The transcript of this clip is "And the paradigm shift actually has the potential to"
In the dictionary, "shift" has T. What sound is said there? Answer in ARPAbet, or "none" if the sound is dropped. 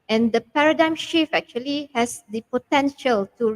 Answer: none